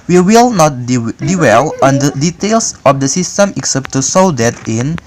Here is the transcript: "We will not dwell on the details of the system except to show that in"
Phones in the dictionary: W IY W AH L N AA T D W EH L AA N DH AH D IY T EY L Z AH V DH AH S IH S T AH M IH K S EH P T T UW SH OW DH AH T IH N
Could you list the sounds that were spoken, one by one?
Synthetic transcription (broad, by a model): W IY W AH L N AA T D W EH L AA N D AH D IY T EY L S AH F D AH S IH S T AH M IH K S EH P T T UW S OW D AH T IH N